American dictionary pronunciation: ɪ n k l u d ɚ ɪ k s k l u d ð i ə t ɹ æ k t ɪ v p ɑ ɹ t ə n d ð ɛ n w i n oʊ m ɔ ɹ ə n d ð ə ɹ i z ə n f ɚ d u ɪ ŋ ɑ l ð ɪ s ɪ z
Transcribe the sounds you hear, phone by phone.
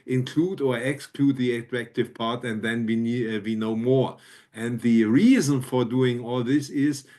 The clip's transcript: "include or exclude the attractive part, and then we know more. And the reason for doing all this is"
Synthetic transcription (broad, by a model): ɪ n k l u d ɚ ɪ k s k l u d ð i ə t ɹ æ k t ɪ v p ɑ ɹ t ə n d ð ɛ n w i n oʊ m ɔ ɹ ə n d ð ə ɹ i z ə n f ɚ d u ɪ ŋ ɑ l ð ɪ s ɪ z